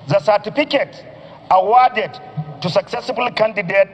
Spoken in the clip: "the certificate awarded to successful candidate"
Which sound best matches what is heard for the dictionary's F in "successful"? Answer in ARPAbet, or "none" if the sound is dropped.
none